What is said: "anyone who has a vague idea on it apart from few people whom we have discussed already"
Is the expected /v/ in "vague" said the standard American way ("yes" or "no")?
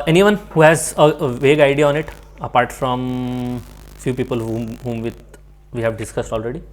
yes